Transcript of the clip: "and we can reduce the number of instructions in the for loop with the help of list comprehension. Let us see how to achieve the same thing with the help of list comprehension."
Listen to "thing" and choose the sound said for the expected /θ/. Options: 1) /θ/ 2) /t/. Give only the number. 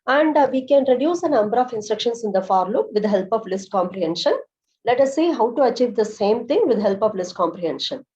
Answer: 2